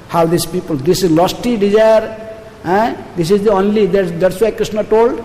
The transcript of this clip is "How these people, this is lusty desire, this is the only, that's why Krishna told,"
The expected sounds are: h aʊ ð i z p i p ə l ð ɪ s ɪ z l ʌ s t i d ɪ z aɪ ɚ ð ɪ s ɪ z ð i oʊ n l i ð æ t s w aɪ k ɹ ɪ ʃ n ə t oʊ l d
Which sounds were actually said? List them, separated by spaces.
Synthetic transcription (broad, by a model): h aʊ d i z p i p ə l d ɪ s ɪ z l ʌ s t i d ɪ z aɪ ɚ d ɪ s ɪ z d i oʊ n l i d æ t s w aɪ k ɹ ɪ s n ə t oʊ l d